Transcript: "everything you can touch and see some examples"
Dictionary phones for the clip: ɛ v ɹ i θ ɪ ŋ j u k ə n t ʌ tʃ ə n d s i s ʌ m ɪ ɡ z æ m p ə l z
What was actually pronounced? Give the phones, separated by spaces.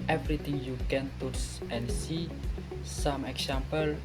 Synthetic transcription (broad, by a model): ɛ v ɹ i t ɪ ŋ j u k ə n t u s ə n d s i s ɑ m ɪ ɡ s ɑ m p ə l